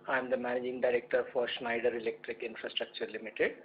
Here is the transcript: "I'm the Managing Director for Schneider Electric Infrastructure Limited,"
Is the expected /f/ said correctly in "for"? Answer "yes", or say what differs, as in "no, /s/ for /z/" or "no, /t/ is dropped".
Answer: yes